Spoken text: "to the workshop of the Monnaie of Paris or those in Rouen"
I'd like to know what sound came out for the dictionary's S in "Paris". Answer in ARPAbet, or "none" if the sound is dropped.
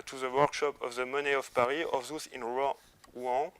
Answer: none